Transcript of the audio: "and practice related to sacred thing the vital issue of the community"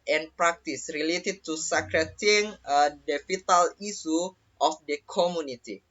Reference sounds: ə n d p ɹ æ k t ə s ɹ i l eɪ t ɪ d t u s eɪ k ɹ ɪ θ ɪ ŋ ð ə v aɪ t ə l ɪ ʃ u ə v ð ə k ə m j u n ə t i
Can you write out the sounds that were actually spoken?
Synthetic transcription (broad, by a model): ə n p ɹ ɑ k t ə s ɹ i l eɪ t ɪ d t u s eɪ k ɹ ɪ t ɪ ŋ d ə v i t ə l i s u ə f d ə k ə m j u n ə t i